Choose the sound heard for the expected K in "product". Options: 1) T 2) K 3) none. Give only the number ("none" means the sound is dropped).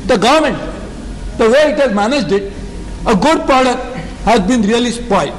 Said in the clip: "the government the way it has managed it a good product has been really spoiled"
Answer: 3